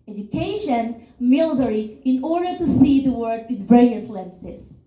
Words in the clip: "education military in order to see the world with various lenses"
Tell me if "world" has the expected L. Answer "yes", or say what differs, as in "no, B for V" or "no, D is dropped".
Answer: no, L is dropped